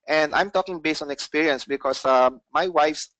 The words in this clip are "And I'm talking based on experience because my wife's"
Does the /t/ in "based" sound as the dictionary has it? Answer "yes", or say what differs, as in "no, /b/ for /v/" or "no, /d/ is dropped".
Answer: yes